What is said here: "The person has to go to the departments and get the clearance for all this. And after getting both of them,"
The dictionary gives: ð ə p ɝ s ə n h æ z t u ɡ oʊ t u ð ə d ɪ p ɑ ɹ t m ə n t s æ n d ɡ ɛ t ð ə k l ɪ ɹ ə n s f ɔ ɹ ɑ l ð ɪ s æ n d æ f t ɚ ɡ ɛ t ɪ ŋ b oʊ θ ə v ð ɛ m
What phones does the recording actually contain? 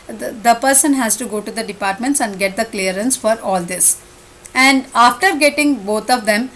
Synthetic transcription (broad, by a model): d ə p ɝ s ə n h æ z t u ɡ oʊ t u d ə d ɪ p ɑ ɹ t m ə n t s æ n d ɡ ɛ t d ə k l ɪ ɹ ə n s f ɔ ɹ ɑ l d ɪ s æ n d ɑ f t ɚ ɡ ɛ t ɪ ŋ b oʊ t ə v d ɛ m